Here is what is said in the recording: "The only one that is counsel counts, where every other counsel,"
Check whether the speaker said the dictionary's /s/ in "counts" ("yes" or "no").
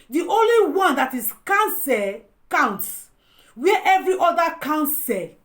yes